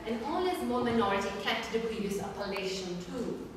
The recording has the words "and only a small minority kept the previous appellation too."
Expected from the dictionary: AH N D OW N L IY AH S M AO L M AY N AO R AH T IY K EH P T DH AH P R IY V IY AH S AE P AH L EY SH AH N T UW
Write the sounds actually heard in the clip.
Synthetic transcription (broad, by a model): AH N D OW L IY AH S M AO M AY N AO R AH T IY K EH P T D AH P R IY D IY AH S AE P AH L EY SH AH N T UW